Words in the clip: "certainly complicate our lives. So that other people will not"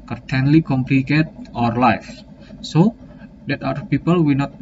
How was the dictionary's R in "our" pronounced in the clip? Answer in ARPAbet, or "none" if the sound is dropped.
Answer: R